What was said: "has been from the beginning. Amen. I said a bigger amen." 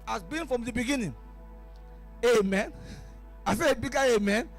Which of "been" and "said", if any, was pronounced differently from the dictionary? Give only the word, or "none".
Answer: said